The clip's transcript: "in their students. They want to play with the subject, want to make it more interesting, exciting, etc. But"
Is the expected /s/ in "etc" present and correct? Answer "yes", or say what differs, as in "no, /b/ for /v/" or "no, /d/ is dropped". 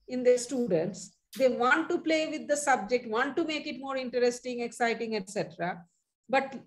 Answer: yes